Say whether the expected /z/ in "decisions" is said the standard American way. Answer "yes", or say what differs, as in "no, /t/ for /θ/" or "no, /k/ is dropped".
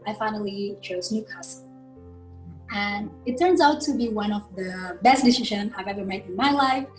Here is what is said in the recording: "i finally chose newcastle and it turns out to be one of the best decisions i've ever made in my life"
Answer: no, /z/ is dropped